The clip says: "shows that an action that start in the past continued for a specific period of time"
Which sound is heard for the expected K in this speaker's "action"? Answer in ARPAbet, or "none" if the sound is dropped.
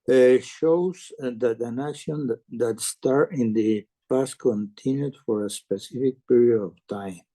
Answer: none